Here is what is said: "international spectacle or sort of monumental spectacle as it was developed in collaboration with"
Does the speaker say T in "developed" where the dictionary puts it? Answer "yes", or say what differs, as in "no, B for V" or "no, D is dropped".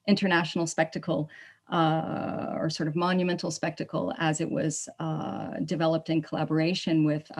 yes